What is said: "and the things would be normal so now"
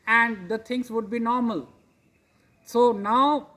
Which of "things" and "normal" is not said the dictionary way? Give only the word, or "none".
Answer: things